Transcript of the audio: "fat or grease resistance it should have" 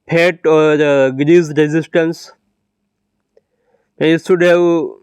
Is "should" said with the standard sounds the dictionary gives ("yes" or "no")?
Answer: no